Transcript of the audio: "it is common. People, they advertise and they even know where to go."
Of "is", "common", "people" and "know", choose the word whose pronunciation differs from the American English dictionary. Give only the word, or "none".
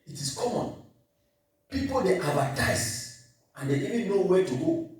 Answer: is